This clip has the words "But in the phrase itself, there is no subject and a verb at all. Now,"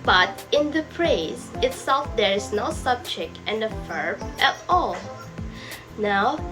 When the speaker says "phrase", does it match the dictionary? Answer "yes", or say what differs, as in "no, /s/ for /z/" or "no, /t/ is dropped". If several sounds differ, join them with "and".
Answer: no, /p/ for /f/